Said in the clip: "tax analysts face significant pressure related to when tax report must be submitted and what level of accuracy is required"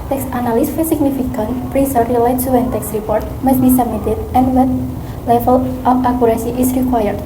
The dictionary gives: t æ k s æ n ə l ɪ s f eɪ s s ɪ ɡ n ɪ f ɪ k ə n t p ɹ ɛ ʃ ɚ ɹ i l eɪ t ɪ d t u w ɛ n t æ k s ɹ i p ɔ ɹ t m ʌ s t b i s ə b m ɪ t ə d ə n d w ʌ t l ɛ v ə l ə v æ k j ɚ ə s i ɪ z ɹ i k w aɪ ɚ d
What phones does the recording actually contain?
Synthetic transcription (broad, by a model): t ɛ k s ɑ n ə l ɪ s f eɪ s s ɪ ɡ n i f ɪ k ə n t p ɹ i s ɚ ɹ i l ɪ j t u w ɛ n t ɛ k s ɹ i p ɔ ɹ t m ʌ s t b i s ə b m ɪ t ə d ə n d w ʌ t l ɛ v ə l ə f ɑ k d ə s i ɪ s ɹ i k w aɪ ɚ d